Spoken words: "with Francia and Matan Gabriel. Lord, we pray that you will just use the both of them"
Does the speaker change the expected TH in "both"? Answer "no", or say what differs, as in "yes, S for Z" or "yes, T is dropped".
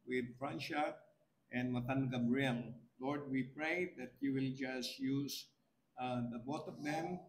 yes, T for TH